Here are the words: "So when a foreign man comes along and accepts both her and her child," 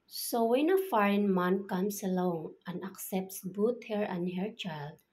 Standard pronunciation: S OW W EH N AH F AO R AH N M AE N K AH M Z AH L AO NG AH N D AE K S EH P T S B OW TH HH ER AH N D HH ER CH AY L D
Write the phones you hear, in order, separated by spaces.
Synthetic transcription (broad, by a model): S OW W EH N AH F AO R AH N M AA N K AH M S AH L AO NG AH N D AE K S EH P T S B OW T HH ER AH N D HH ER CH AY L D